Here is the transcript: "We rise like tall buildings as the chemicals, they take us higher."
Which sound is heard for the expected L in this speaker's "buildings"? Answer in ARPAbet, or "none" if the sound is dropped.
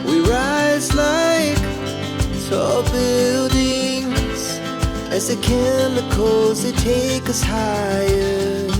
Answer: L